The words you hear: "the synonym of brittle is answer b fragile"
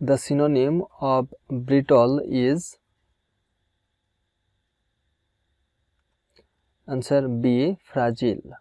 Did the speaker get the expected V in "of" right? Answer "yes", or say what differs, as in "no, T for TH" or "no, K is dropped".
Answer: no, B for V